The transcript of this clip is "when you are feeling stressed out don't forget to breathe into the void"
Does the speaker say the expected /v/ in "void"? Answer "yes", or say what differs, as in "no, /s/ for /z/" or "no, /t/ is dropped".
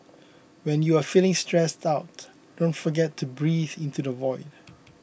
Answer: yes